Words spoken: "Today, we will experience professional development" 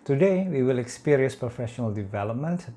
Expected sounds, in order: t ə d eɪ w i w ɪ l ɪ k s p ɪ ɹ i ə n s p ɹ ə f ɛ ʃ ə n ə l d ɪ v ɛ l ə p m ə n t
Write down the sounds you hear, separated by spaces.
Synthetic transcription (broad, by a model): t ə d eɪ w i w ɪ l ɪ k s p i ɹ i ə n s p ɹ ə f ɛ ʃ ə n ə l d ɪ v ɛ l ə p m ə n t